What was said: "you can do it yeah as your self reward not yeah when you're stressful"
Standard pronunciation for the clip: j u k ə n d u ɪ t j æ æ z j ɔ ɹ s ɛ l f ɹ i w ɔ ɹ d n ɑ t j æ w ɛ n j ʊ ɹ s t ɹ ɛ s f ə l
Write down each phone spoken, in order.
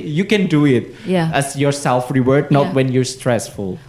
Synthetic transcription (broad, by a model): j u k ə n d u ɪ t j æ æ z j ɔ ɹ s ɛ l f ɹ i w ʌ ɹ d n ɑ t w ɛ n j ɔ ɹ s t ɹ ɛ s f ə l